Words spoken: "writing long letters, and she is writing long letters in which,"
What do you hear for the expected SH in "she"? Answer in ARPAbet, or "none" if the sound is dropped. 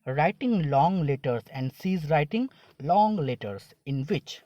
S